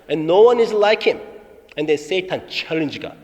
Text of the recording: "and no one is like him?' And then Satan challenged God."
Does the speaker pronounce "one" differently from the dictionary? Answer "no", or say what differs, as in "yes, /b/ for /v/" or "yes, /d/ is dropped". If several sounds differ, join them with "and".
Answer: no